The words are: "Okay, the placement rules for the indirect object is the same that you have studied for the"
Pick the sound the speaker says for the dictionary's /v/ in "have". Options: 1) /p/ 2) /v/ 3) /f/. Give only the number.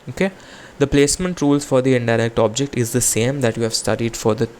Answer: 2